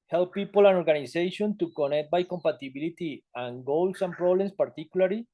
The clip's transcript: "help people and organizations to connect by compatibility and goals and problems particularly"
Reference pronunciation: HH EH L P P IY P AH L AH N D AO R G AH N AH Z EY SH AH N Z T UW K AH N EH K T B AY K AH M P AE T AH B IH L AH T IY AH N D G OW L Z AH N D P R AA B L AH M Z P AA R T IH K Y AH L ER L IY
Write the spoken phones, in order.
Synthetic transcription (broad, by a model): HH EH L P P IY P AH L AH N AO R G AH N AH S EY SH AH N T UW K AH N EH K T B AY K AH M P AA T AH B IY L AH T IY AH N G OW L S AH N P R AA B L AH M S P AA R T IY K Y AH L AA L IY